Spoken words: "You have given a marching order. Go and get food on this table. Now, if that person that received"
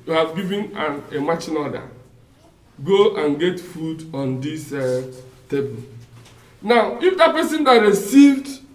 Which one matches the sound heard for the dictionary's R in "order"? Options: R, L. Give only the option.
L